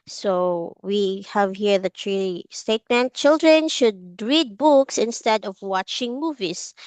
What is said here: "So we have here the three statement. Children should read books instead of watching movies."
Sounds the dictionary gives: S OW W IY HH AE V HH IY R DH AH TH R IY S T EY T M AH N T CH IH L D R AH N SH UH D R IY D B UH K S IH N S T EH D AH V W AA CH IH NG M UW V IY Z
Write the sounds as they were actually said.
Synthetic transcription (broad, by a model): S OW W IY HH AE V HH IY R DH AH T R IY S T EY T M AH N T CH IH L D R AH N SH UH D R IY D B UH K S IH N S T EH D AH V W AA CH IH NG M UW V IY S